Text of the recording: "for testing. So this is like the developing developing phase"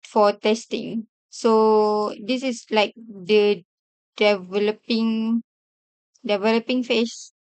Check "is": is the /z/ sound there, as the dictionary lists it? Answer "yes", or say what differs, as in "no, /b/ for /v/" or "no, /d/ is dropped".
no, /s/ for /z/